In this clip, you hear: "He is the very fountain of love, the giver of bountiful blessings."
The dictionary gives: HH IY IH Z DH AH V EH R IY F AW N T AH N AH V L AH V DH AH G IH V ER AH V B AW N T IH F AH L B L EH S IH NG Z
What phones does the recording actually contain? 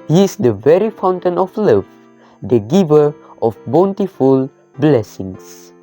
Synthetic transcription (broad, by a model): HH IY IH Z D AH V EH R IY F AW N T AH N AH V L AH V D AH G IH V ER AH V B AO N T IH F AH L B L EH S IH NG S